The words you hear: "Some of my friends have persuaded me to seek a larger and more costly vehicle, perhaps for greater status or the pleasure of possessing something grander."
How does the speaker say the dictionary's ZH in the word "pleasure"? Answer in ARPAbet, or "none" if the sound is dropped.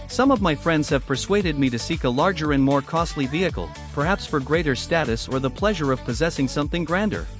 ZH